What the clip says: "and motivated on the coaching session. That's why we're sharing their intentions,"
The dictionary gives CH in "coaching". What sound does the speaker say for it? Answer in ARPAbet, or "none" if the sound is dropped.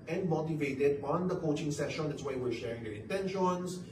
CH